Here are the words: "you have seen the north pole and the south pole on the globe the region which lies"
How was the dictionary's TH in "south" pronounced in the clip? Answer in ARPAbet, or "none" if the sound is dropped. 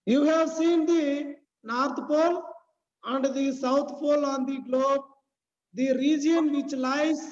T